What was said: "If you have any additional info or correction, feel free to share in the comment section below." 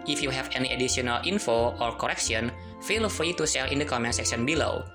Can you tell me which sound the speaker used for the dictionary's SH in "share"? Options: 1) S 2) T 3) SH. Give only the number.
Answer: 1